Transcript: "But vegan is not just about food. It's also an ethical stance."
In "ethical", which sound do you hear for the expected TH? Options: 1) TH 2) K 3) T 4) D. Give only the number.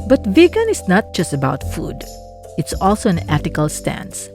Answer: 3